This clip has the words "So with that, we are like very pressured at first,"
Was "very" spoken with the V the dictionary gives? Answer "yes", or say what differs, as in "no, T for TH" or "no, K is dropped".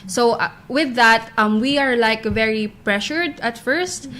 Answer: yes